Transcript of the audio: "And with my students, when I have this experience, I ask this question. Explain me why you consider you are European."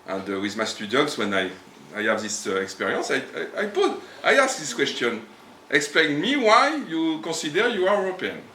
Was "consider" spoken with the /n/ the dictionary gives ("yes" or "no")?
no